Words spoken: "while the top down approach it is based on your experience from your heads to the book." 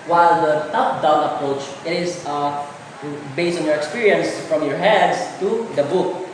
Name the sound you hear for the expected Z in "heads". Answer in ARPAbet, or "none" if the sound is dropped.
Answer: S